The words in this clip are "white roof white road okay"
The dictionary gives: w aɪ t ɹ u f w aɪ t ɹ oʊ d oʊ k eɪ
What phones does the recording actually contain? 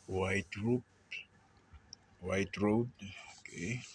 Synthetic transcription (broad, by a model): w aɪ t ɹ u p w aɪ t ɹ oʊ d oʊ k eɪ